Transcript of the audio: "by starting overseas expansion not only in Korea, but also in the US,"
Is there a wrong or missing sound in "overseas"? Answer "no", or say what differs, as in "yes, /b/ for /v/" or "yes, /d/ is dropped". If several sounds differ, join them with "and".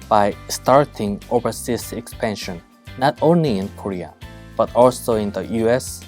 yes, /s/ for /z/